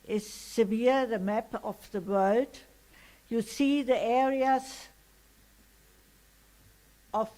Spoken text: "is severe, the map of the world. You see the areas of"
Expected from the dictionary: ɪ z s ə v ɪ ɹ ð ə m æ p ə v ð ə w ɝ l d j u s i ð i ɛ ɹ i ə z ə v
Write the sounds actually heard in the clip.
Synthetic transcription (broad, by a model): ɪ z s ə v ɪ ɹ ð ə m æ p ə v ð ə w ɝ l d j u s i ð i ɛ ɹ i ə z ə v